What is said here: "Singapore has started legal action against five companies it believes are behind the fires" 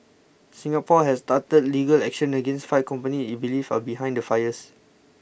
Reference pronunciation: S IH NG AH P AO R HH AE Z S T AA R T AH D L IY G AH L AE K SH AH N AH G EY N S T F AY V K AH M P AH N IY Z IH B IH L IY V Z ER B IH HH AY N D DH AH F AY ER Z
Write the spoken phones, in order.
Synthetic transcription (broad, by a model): S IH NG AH P AO HH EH S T AA T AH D L IY G AH L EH K SH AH N AH G EY N S T F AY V K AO M P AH N IY IH B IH L IY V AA B IH HH AY N D AH F AY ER S